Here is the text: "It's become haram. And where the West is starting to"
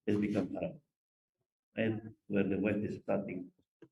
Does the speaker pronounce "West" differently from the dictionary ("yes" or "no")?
yes